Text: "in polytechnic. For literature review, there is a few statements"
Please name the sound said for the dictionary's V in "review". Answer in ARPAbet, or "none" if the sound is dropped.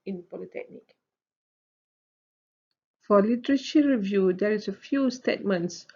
V